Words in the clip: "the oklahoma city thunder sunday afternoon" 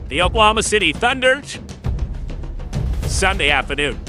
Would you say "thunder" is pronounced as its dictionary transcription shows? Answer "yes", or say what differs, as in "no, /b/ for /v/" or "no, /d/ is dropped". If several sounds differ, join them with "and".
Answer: yes